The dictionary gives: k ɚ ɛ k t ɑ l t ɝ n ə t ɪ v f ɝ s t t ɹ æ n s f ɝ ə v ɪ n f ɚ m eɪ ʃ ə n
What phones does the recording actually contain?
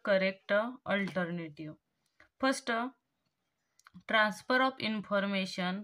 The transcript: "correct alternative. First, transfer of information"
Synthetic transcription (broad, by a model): k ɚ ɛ k t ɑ l t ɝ n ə t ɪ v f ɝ s t t ɹ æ n s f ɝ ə p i n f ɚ m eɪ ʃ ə n